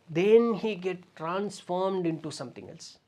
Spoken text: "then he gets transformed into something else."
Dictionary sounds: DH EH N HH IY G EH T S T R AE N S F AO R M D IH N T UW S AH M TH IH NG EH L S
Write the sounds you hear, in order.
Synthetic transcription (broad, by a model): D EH N HH IY G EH T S T R AE N S F AO R M D IH N T UW S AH M T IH NG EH L S